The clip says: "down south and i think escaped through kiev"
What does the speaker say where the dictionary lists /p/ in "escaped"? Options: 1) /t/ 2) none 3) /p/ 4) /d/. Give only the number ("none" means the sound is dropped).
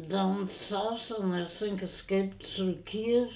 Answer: 3